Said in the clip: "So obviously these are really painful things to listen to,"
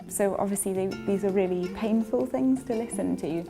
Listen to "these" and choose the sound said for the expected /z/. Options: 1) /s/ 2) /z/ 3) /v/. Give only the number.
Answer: 2